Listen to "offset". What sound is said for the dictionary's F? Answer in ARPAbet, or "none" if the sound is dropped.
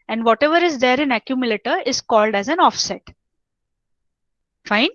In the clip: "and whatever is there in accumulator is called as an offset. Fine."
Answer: F